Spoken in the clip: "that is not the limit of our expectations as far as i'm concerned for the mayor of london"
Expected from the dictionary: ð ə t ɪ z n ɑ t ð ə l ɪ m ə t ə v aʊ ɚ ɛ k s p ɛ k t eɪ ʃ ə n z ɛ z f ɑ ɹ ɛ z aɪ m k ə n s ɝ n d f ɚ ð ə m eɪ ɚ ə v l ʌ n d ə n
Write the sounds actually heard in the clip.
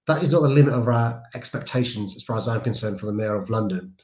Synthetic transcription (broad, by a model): ð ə t ɪ z n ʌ t ð ə l ɪ m ə t ə v aʊ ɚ ɛ k s p ɛ k t eɪ ʃ ə n z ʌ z f ɑ ɹ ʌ z aɪ m k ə n s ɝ n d f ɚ ð ə m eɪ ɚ ə v l ʌ n d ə n